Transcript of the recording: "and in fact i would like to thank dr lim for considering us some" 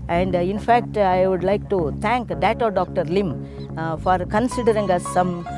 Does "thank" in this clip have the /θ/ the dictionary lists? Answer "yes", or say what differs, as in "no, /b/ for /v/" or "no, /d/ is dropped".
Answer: no, /t/ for /θ/